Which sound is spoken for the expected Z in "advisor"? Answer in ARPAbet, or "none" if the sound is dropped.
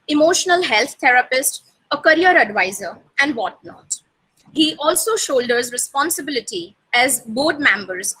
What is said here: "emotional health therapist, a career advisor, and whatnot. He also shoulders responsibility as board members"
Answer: Z